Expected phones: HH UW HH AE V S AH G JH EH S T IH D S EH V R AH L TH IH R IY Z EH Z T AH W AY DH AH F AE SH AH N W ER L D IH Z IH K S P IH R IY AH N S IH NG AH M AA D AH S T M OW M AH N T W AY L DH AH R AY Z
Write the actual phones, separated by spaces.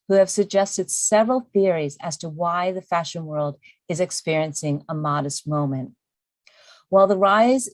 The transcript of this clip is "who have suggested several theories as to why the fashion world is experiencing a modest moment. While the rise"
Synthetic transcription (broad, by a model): HH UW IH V S AH G JH EH S T IH D S EH V R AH L TH IH R IY Z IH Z T AH W AY DH AH F AE SH AH N W ER L D IH Z IH K S P IH R IY AH N S IH NG AH M AA D AH S T M OW M AH N T W AY L DH AH R AY Z